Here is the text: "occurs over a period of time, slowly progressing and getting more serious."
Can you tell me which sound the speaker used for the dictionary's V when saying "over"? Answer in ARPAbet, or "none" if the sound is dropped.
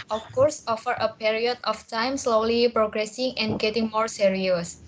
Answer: F